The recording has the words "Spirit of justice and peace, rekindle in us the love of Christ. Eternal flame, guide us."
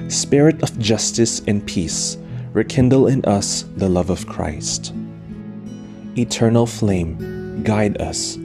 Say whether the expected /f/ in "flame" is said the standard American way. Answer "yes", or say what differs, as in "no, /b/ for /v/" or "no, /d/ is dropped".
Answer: yes